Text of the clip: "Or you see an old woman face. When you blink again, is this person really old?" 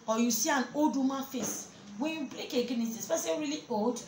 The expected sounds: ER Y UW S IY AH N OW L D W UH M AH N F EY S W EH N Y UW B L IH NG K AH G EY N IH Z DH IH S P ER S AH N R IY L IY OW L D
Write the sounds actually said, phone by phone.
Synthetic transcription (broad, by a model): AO Y UW S IY AH N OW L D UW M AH F EY S W EH N Y UW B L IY K AH G EY N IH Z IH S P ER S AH R IY L IY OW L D